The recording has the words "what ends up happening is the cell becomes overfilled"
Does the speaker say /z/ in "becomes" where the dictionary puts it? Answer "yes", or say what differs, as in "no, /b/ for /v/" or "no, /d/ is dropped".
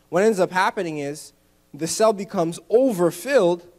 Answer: yes